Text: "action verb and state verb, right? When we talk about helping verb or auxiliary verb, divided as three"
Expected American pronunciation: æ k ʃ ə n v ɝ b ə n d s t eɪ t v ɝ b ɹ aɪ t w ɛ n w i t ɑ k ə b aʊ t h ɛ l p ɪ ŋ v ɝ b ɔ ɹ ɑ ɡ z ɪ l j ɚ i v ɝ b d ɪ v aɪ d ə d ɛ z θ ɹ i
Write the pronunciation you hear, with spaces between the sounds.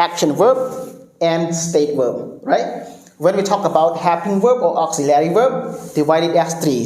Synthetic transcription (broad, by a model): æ k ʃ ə n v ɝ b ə n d s t eɪ t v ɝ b ɹ aɪ t w ɛ n w i t ɑ k ə b aʊ t h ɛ p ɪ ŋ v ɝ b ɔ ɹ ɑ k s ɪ l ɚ i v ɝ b d ɪ v aɪ d ə d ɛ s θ ɹ i